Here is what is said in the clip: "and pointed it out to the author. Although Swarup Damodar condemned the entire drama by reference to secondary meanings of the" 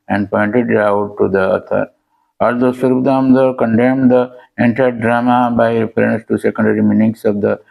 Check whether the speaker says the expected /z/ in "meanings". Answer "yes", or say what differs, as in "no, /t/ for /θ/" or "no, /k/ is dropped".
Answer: no, /s/ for /z/